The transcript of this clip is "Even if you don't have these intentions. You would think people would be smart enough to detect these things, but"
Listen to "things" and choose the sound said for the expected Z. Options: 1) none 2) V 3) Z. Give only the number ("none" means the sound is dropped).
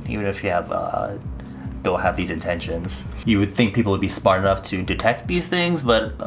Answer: 3